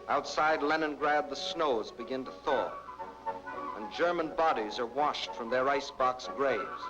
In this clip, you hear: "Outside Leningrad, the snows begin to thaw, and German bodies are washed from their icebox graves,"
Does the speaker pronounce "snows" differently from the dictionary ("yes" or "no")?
no